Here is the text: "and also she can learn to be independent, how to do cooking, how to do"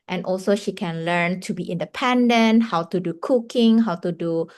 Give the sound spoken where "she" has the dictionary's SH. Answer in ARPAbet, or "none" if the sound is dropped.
SH